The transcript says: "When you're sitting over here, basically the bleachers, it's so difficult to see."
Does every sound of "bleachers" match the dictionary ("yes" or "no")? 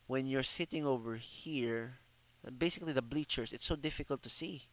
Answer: no